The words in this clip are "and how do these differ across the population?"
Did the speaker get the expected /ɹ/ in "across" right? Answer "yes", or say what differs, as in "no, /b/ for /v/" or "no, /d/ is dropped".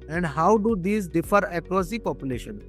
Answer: no, /ɹ/ is dropped